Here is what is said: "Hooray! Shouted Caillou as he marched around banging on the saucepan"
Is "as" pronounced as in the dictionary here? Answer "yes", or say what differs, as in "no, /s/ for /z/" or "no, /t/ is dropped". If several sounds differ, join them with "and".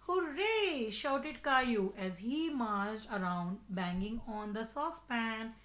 yes